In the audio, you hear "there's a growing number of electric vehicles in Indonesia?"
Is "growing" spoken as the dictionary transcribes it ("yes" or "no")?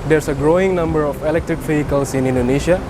yes